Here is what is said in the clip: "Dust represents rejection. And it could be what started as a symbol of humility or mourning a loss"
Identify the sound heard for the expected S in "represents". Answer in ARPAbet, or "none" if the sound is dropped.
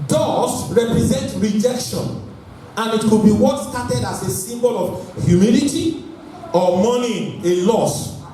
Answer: none